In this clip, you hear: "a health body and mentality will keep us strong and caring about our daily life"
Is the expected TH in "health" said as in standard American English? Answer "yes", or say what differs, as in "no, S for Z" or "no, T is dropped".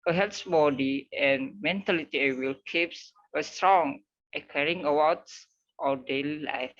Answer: no, S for TH